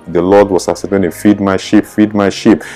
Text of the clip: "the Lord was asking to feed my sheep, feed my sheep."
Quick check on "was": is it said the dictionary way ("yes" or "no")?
no